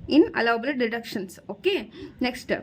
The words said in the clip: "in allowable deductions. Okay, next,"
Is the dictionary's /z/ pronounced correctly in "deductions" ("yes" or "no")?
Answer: no